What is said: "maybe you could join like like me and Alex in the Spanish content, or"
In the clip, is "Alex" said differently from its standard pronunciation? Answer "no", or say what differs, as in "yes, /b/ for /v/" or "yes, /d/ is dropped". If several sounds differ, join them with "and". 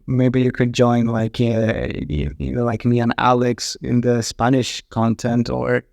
no